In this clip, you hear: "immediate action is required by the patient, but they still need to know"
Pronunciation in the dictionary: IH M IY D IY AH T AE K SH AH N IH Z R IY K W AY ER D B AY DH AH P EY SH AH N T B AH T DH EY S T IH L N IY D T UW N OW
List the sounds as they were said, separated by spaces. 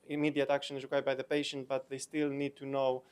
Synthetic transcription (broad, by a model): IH M IY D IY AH T AE K SH AH N IH Z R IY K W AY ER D B AY DH AH P EY SH AH N T B AH T DH EY S T IH L N IY D T UW N OW